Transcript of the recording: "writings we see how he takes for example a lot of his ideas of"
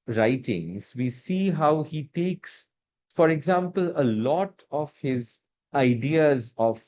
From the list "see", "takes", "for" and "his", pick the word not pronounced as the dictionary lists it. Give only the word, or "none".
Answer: none